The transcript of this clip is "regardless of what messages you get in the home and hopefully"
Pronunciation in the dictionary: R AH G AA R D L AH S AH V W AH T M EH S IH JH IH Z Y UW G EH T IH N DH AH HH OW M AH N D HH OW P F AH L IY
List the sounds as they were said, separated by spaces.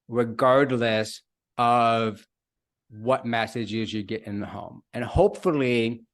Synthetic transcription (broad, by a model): R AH G AA R D L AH S AH V W AH T M EH S IH JH IH Z Y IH G EH T IH N DH AH HH OW M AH N HH OW P F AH L IY